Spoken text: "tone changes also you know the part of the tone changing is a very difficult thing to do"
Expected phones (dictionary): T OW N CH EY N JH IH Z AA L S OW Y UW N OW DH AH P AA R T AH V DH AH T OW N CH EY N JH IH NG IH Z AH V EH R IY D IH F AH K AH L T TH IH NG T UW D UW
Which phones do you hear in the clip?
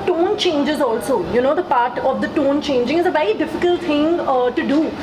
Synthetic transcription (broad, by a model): T OW N CH EY N JH IH Z AA L S OW Y UW N OW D AH P AA R T AH V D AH T OW N CH EY N JH IH NG IH Z AH V EH R IY D IH F AH K AH L T T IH NG T UW D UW